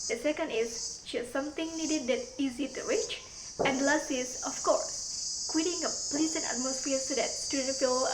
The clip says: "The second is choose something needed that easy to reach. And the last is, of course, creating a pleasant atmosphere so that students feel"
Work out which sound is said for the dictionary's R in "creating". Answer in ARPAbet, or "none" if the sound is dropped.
W